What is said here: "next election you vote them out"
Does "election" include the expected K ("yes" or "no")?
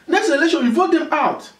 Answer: no